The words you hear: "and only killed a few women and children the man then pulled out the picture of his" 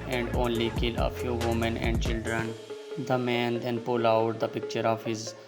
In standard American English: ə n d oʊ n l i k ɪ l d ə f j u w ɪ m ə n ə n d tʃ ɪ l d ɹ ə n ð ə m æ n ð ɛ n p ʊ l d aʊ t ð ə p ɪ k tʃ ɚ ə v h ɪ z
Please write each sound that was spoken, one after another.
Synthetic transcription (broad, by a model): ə n d oʊ n l i k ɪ l ə f j u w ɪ m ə n ə n d tʃ ɪ l d ɹ ə n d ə m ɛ n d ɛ n p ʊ l aʊ t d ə p ɪ k tʃ ɚ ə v h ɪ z